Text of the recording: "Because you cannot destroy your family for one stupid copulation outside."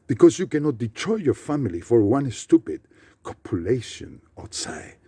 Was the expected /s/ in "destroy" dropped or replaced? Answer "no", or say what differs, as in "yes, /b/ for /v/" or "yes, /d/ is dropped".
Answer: yes, /s/ is dropped